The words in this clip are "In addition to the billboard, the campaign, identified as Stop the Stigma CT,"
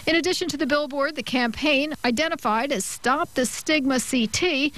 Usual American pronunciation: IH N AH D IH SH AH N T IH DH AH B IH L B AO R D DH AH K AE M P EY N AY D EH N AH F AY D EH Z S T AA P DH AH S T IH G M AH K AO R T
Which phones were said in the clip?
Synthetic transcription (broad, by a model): IH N AH D IH SH AH N T IH DH AH B IH L B AO R D DH AH K AE M P EY N AY D EH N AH F AY D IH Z S T AA P DH AH S T IH G M AH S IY T